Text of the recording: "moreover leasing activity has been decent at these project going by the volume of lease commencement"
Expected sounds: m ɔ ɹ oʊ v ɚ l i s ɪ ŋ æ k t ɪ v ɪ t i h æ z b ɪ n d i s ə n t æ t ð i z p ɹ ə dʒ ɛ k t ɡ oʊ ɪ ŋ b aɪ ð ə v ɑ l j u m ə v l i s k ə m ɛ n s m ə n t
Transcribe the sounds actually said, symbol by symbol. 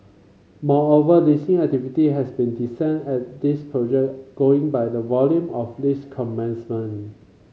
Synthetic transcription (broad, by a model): m ɔ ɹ oʊ v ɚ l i s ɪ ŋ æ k t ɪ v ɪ t i h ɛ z b ɪ n d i s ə n ɛ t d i s p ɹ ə dʒ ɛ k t ɡ oʊ ɪ ŋ b aɪ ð ə v ɑ l j u m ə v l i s k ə m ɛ n s m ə n